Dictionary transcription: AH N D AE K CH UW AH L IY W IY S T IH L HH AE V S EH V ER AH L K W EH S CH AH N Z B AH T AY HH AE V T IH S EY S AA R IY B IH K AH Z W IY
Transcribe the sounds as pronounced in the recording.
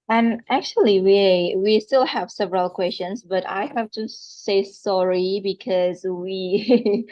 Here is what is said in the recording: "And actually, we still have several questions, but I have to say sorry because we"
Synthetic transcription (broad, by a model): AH N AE K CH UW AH W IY W IY S T IH L HH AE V S EH V ER AH L K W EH S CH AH N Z B AH T AY HH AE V T IH S EY S AA R IY B IH K AH Z W IY